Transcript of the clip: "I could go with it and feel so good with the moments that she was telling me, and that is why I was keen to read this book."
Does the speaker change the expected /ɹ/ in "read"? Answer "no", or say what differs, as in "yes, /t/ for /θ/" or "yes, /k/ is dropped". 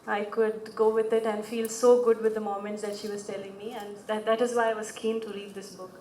yes, /l/ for /ɹ/